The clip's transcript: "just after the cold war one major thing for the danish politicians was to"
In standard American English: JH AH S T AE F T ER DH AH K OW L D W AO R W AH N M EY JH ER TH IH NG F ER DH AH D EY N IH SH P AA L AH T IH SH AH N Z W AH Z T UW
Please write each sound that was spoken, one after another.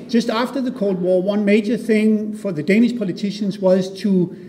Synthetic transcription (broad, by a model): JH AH S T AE F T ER DH AH K OW L D W AO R W AH N M EY JH ER TH IH NG F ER DH AH D EY N IH SH P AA L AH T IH SH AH N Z W AH Z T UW